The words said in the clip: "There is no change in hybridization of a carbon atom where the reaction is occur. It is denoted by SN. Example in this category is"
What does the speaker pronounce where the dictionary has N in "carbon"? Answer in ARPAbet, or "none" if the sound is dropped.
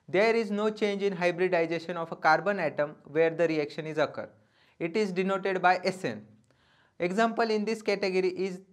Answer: N